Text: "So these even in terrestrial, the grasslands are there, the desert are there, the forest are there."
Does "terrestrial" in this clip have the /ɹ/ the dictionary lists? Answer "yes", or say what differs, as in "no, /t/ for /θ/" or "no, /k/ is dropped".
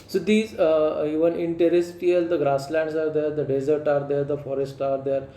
no, /ɹ/ is dropped